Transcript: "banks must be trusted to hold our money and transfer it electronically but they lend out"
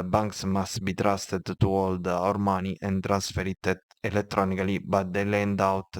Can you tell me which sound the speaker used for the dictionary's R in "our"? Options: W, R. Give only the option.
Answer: R